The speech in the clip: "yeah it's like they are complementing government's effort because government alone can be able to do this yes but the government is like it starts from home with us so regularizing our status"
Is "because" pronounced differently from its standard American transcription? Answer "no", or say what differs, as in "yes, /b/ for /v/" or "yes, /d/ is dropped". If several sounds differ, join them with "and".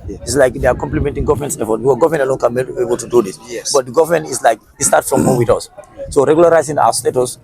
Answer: yes, /z/ is dropped